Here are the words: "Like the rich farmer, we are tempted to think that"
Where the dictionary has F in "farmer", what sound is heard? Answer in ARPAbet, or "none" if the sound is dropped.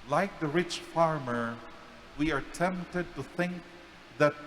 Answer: F